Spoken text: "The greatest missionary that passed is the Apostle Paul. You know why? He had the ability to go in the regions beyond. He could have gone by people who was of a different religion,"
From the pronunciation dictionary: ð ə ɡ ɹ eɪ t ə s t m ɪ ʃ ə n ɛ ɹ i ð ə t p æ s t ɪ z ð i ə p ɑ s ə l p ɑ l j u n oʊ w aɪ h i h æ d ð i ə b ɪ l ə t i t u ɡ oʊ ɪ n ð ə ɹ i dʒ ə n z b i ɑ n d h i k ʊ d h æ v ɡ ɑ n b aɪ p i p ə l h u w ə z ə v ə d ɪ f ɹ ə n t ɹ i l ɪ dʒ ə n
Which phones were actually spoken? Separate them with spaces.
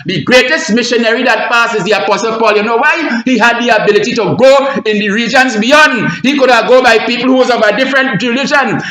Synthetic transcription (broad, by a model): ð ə ɡ ɹ eɪ t ə s t m ɪ ʃ ə n ɛ ɹ i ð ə t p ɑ s ɪ z ð i ə p ɑ s ə l p ɑ l j u n oʊ w aɪ h i h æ d ð i ə b ɪ l ə t i t u ɡ oʊ ɪ n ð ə ɹ i dʒ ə n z b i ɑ n d h i k ʊ d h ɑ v ɡ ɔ b aɪ p i p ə l h u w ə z ə v ə d ɪ f ɹ ə n t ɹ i l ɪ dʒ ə n